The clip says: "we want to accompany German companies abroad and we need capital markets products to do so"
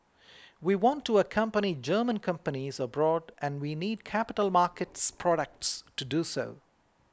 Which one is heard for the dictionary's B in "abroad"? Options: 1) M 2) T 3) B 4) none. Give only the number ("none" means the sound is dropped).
3